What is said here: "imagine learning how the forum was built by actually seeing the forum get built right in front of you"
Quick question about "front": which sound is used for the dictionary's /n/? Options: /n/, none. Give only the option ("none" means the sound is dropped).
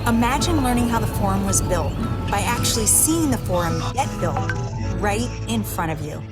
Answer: none